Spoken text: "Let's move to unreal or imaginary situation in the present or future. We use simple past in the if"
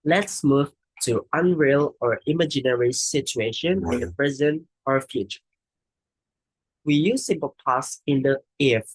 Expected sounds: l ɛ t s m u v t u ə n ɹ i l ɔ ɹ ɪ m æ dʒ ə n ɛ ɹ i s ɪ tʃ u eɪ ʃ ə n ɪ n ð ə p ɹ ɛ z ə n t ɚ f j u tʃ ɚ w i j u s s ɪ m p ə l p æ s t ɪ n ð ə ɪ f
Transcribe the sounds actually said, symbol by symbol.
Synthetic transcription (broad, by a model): l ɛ t s m u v t u ə n ɹ i l ɔ ɹ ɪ m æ dʒ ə n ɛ ɹ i s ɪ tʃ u eɪ ʃ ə n ɪ n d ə p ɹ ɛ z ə n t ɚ f j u tʃ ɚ w i j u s s ɪ m p ə l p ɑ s ɪ n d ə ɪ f